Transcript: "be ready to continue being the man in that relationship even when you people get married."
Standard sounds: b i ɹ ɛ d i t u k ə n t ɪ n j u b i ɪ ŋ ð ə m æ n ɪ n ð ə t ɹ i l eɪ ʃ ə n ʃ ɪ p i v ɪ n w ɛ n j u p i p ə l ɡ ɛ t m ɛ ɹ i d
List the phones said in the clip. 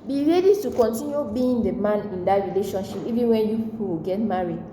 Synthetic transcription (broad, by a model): b i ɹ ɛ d i t u k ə n t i n j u b i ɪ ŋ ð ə m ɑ n ɪ n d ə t ɹ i l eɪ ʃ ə n ʃ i p i v ɪ n w ɛ n j u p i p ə w ɡ ɛ t m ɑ ɹ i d